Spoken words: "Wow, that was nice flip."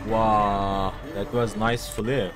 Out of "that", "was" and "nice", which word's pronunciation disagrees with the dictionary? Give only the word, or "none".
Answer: none